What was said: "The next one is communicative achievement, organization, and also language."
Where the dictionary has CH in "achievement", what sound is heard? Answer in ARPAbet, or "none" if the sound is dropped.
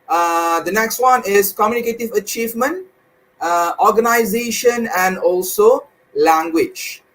CH